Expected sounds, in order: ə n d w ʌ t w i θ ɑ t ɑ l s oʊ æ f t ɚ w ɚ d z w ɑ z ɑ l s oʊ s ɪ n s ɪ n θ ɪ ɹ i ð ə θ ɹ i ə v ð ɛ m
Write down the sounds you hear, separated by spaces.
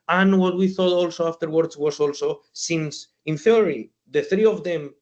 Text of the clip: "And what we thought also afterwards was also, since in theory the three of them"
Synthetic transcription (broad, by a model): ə n w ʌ t w i θ ɑ t ɑ l s oʊ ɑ f t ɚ w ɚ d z w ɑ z ɑ l s oʊ s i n s ɪ n θ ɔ ɹ i ð ə θ ɹ i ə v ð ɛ m